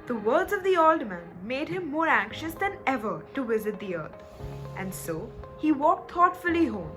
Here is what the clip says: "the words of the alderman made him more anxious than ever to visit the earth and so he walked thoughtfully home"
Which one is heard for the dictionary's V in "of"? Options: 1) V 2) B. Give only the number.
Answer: 1